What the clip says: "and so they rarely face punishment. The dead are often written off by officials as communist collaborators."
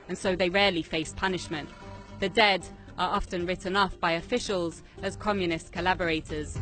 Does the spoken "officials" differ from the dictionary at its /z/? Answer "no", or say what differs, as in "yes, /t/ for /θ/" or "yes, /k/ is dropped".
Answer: no